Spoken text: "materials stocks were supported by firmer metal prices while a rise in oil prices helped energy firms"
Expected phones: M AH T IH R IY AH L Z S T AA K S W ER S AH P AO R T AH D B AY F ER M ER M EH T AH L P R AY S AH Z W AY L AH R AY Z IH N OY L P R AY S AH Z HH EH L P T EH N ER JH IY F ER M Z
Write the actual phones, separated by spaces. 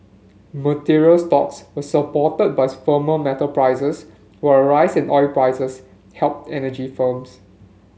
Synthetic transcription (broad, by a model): M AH T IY R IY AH L S T AA K S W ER S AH P AO T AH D B AY F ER M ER M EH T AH P R AY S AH S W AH AH R AY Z IH N OY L P R AY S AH S HH EH L P T EH N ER JH IY F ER M S